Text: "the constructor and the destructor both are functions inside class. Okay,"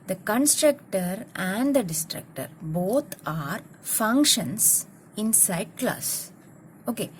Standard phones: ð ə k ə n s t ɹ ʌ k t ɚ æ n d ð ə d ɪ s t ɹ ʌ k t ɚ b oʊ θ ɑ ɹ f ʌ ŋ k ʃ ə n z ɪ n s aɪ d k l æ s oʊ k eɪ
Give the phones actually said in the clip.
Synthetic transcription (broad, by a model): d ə k ə n s t ɹ ʌ k t ɚ æ n d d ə d ɪ s t ɹ ʌ k t ɚ b oʊ t ɑ ɹ f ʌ ŋ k ʃ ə n s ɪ n s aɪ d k l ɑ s oʊ k eɪ